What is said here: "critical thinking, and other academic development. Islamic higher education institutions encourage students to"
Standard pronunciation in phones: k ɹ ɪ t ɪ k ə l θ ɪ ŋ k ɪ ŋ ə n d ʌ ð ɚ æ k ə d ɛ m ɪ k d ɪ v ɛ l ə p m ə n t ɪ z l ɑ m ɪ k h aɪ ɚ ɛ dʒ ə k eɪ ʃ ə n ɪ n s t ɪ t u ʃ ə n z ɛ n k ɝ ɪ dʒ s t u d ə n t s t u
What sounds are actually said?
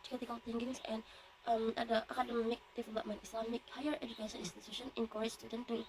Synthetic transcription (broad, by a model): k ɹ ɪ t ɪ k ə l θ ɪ ŋ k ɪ ŋ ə n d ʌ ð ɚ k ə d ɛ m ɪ k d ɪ f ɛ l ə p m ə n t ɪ s l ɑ m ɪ k h aɪ ɚ ɛ dʒ ə k eɪ ʃ ə n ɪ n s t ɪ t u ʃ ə n ɛ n k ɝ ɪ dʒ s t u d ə n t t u